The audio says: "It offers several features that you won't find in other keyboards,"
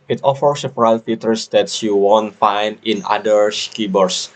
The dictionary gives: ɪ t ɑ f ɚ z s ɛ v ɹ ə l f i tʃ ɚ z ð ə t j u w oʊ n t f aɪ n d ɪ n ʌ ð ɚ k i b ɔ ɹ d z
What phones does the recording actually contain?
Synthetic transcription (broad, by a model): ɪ t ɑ f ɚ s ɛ f ɹ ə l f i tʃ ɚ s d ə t j u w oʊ n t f aɪ n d ɪ n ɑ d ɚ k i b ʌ ɹ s